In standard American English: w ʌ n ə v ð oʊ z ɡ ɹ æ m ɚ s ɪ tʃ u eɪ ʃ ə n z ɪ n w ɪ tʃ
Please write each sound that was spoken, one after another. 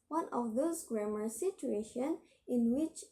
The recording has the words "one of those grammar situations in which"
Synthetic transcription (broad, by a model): w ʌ n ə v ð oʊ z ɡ ɹ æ m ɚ s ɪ tʃ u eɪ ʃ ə n ɪ n w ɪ tʃ